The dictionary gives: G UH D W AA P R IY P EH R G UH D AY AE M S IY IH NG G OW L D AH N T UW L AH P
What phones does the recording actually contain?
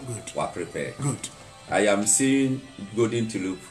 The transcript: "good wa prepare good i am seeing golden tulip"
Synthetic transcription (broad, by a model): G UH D W AA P R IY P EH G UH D AY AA M S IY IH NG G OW D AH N T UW L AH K